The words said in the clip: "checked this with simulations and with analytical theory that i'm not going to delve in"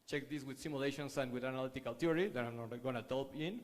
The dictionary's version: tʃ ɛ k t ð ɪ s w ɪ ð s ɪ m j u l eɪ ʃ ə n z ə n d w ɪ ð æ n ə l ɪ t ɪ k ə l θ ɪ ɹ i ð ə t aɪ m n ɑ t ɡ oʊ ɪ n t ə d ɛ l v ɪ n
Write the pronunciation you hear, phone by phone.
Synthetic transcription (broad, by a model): tʃ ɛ k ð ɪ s w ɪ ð s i m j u l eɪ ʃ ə n s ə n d w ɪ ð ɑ n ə l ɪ t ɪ k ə l t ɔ ɹ i ð ə t aɪ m n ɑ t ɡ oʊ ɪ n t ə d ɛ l p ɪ n